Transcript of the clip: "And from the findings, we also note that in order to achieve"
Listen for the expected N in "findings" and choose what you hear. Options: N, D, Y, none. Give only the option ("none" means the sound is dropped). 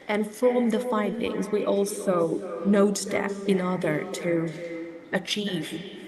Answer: N